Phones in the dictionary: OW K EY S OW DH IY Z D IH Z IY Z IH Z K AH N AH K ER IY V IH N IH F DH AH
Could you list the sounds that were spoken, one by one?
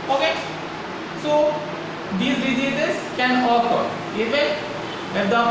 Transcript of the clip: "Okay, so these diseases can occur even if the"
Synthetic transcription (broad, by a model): OW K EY S OW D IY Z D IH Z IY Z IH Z K AH N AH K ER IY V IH IH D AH